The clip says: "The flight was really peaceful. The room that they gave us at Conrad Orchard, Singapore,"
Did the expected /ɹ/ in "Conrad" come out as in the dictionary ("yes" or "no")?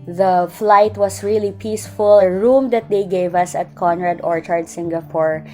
yes